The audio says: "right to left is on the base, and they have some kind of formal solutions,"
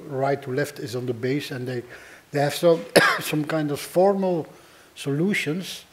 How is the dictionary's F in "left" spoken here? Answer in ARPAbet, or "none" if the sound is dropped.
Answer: F